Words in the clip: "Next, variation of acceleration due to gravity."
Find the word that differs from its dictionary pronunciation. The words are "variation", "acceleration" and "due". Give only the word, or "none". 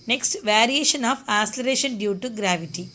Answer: acceleration